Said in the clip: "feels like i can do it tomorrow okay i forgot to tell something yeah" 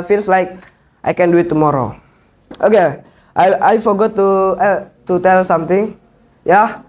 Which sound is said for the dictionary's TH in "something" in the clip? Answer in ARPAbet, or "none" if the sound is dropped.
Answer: T